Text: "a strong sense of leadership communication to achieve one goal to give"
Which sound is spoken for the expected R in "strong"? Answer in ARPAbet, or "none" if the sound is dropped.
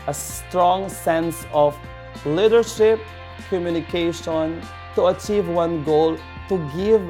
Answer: R